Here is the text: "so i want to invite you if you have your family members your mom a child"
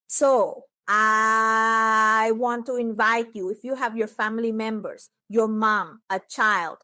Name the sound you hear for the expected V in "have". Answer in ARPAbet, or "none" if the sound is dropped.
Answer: V